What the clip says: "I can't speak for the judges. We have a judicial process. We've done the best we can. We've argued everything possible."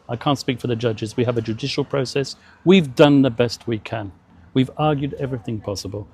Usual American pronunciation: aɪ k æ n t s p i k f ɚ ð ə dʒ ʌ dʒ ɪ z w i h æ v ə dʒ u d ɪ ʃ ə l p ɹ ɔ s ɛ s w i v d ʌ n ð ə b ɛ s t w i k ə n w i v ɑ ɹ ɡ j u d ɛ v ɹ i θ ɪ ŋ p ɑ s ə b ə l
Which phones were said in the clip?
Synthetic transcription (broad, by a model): aɪ k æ n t s p i k f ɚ ð ə dʒ ʌ dʒ ɪ z w i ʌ v ə dʒ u d ɪ ʃ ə l p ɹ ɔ s ɛ s w i v d ʌ n ð ə b ɛ s t w i k ə n w i v ɑ ɹ ɡ j u d ɛ v ɹ i θ ɪ ŋ p ɑ s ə b ə l